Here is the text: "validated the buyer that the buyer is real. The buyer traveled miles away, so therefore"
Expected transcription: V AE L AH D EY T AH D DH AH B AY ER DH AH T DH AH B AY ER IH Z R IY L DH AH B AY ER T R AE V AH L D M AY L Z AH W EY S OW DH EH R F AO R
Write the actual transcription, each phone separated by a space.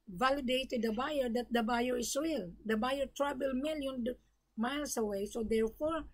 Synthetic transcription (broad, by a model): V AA L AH D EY T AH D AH B AY ER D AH T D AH B AY ER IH S R IY L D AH B AY ER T R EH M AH L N M AY L S AH W EY S OW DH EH R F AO R